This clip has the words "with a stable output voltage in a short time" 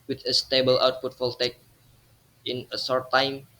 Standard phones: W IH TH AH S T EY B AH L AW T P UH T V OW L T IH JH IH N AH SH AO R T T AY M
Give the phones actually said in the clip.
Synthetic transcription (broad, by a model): W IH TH AH S T EY B AH L AW T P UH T F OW L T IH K IH N AH S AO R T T AY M